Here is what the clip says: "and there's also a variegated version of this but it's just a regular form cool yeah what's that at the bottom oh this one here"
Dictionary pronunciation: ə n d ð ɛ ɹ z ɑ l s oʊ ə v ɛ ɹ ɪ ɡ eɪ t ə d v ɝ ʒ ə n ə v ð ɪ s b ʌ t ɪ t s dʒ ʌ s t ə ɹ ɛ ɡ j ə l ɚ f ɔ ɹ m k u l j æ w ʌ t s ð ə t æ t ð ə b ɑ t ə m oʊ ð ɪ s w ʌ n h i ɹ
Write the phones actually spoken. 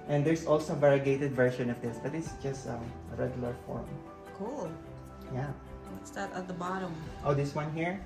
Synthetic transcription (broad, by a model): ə n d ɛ ɹ s ɑ l s oʊ ə v ɛ ɹ ɪ ɡ eɪ t ə d v ɝ ʃ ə n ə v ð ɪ s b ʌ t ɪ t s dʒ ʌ s t ə ɹ ɛ ɡ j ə l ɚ f ɔ ɹ m k u l j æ w ʌ t s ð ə t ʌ t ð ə b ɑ t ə m oʊ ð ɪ s w ʌ n h i ɹ